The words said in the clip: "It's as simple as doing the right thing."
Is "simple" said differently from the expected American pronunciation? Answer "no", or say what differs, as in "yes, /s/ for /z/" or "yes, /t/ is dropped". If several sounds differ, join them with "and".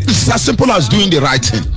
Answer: no